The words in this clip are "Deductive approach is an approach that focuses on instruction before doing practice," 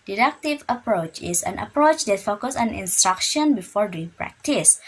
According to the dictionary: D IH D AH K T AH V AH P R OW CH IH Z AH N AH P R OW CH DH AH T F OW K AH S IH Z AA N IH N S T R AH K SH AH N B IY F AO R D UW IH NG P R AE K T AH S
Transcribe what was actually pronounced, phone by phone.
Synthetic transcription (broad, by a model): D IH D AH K T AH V AH P R OW CH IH S AH N AH P R OW CH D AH T F OW K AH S AA N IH N S T R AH K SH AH N B IY F AO R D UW P R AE K T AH S